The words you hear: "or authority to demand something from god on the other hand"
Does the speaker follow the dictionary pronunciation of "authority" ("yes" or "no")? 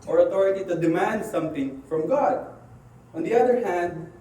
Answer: no